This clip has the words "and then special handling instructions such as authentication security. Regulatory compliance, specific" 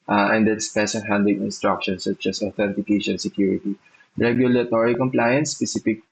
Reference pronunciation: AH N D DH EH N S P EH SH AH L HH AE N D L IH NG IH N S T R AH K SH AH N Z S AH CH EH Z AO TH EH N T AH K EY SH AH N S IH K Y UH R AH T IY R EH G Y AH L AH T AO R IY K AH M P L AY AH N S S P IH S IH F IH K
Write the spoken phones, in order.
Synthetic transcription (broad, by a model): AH N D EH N S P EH S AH N HH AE N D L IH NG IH N S T R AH K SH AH N S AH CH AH S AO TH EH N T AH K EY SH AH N S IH K Y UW R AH T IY R EH G Y AH L AH T AO R IY K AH M P L AY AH N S S P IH S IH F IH K